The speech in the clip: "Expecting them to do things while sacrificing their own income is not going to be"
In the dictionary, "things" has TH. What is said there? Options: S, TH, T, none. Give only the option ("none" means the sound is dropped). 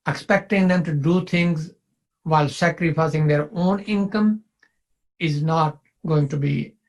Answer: T